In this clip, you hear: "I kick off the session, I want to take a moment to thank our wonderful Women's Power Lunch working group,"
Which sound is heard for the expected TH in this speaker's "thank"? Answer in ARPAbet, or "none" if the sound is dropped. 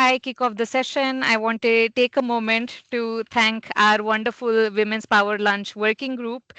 T